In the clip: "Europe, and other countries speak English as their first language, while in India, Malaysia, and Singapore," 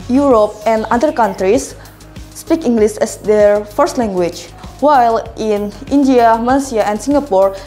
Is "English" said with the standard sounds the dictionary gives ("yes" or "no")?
no